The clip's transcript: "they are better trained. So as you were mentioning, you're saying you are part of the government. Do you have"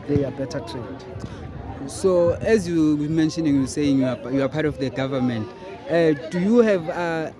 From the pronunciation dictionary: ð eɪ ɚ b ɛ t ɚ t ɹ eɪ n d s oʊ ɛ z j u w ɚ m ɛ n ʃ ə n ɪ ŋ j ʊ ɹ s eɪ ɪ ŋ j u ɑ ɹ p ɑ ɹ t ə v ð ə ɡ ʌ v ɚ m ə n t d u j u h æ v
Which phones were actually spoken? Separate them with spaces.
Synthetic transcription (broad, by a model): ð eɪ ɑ b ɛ t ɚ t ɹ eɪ d s oʊ ɛ z j u m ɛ n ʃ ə n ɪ ŋ j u s eɪ ɪ ŋ j u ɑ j p ɑ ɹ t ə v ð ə ɡ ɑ v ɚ m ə n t d u j u h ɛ v